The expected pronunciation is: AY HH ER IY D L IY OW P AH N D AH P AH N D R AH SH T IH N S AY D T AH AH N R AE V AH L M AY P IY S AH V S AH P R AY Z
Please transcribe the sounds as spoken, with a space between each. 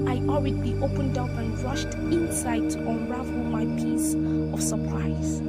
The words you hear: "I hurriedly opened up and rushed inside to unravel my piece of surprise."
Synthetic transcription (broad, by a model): AY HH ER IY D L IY OW P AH N D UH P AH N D R AH SH T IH N S AY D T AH N R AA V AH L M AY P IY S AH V S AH P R AY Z